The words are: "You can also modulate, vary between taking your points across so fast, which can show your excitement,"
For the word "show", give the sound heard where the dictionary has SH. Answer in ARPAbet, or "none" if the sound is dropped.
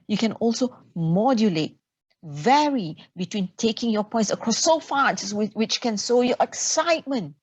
S